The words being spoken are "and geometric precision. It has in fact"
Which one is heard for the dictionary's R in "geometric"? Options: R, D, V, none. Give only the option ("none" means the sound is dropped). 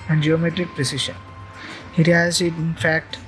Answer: R